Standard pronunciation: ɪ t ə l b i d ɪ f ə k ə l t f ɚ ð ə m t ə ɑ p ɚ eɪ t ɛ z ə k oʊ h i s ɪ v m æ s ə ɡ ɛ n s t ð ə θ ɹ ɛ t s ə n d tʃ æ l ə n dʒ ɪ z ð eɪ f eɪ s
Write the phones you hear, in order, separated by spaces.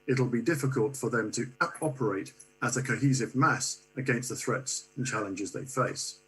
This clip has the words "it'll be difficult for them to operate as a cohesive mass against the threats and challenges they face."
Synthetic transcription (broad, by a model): ɪ t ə l b i d ɪ f ə k ə l t f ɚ ð ə m t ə ɑ p ɚ eɪ t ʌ z ə k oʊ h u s ɪ v m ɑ s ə ɡ ɛ n s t ð ə θ ɹ ɛ t s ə n tʃ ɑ l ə n dʒ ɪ z ð eɪ f eɪ s